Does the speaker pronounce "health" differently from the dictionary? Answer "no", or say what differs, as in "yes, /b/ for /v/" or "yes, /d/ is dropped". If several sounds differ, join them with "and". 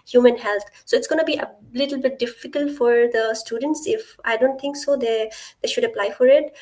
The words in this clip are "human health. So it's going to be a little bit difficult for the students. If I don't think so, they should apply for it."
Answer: yes, /t/ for /θ/